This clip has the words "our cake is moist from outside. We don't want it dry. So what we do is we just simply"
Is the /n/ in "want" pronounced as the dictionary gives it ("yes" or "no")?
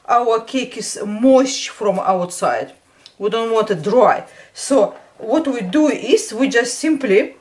yes